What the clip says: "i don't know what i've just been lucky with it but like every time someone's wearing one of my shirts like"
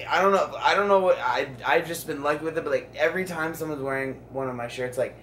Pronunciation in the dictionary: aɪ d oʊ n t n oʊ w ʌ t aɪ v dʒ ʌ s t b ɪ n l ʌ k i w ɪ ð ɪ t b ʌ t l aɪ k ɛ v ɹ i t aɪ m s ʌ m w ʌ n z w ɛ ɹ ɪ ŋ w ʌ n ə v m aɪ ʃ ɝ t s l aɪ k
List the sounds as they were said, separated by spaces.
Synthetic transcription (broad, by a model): aɪ d oʊ n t n oʊ w ʌ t aɪ v dʒ ʌ s b ɪ n l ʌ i w ɪ ð ɪ t b ʌ t l aɪ k ɛ v ɹ i t aɪ m s ʌ m w ʌ n z w ɛ ɹ ɪ ŋ w ʌ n ə v m aɪ ʃ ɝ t s l aɪ k